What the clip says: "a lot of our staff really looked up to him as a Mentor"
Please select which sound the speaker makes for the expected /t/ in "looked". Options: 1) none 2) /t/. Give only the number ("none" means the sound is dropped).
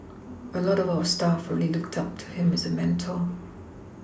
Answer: 2